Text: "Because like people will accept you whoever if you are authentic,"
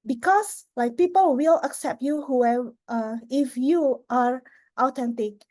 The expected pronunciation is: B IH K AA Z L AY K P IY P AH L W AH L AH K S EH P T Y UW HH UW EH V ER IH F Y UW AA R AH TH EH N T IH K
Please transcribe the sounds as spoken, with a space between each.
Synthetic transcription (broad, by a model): B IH K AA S L AY K P IY P AH L W AH L AH K S EH P T Y UW HH UW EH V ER IH F Y UW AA R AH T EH N T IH K